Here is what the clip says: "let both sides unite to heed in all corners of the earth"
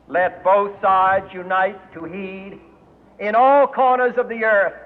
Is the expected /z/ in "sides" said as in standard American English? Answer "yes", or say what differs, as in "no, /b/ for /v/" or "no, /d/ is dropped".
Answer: yes